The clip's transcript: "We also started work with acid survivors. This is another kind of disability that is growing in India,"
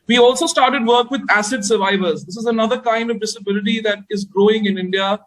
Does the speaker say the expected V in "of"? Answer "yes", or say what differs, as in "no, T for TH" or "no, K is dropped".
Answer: yes